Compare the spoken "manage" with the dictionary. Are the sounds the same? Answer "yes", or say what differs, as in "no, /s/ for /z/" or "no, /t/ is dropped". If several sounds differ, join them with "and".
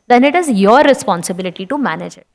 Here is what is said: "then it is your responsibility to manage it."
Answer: yes